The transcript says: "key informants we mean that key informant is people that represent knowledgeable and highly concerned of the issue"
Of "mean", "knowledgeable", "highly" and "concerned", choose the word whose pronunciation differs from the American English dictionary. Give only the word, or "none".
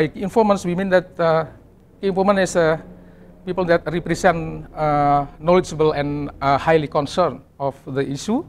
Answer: concerned